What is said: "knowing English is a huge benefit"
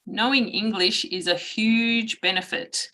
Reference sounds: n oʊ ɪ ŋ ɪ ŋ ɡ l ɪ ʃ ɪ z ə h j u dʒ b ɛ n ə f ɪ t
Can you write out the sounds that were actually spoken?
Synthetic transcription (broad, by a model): n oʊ ɪ ŋ ɪ ŋ ɡ l ɪ ʃ ɪ z ə h j u dʒ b ɛ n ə f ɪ t